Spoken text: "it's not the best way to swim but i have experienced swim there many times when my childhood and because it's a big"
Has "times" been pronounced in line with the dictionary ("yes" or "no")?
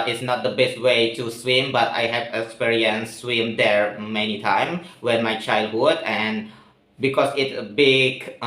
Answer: no